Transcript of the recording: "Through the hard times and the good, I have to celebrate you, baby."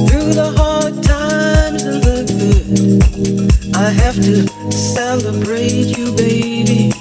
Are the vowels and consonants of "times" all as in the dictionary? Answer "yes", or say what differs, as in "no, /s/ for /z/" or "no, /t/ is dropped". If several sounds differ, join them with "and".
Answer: no, /z/ is dropped